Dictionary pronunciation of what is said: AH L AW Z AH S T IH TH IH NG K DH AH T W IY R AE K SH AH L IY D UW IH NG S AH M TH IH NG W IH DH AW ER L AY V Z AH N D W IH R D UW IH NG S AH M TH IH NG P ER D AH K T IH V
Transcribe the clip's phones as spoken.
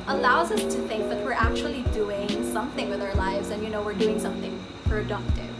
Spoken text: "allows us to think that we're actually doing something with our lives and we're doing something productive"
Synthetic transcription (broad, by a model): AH L AW Z AH S T IH TH IH NG K DH AH T W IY R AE K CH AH L IY D UW IH NG S AH M TH IH NG W IH DH AW ER L AY V Z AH N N W IH R D UW IH NG S AH M TH IH NG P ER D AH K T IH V